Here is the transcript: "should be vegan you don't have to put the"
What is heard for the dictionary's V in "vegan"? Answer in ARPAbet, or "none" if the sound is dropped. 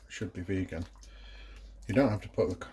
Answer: V